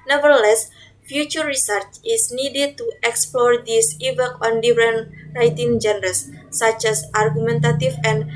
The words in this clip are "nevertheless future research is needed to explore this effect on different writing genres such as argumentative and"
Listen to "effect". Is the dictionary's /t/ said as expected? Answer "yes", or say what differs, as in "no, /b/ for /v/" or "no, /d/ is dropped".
no, /t/ is dropped